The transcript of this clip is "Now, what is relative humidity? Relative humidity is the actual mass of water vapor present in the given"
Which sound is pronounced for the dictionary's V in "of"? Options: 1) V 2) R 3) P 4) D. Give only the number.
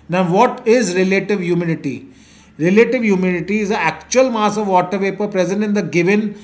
1